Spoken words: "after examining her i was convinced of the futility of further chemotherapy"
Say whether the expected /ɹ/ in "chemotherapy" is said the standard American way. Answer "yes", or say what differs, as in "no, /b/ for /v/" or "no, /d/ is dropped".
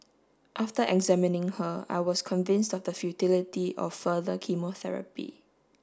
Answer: yes